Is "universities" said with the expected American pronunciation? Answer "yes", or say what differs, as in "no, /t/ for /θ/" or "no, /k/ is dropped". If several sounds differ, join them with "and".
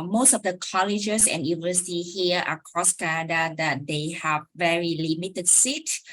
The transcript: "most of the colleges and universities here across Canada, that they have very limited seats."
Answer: no, /z/ is dropped